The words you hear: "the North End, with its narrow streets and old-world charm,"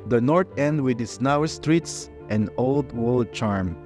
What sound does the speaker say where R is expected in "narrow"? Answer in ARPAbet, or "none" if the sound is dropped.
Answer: W